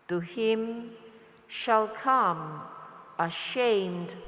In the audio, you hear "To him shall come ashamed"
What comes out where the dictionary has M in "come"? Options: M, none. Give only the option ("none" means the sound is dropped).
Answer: M